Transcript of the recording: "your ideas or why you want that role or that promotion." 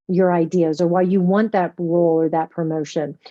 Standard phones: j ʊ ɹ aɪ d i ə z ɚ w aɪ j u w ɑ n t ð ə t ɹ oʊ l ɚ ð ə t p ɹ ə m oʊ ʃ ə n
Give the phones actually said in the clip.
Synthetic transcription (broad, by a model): j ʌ ɹ aɪ d i ə z ɚ w aɪ j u w ɑ n ð ə t ɹ oʊ l ɚ ð ə t p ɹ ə m oʊ ʃ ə n